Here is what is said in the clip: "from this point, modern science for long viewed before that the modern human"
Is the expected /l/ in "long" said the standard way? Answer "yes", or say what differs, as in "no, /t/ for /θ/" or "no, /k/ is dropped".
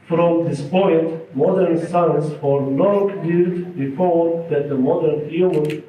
no, /n/ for /l/